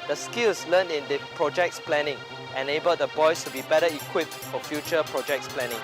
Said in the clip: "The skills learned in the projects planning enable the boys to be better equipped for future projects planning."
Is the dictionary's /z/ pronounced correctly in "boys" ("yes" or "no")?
no